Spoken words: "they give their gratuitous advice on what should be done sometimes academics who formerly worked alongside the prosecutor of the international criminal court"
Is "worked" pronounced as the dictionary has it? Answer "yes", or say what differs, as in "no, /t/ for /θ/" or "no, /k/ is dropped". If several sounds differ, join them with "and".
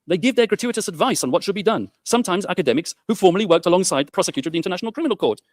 yes